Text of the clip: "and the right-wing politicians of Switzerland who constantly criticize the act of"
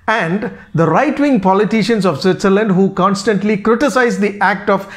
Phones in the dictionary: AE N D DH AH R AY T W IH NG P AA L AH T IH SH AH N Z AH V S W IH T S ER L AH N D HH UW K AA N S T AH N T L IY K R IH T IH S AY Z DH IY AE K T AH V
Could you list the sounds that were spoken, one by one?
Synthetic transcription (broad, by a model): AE N D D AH R AY T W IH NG P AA L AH T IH SH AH N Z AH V S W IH T S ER L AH N D HH UW K AA N S T AH N T L IY K R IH T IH S AY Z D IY AE K T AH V